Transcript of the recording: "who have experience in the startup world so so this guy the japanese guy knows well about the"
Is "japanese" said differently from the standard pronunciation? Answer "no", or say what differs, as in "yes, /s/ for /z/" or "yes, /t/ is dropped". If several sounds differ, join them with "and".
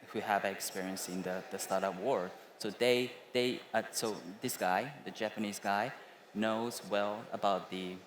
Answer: no